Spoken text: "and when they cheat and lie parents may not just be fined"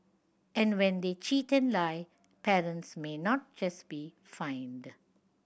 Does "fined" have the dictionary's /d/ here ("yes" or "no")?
yes